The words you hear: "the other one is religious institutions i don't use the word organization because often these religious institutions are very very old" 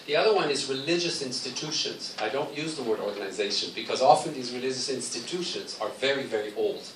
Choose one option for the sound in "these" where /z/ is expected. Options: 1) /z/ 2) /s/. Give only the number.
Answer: 1